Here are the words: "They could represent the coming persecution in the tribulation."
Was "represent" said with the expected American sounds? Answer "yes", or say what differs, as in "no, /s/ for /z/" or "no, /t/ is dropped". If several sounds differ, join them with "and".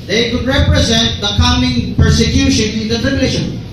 yes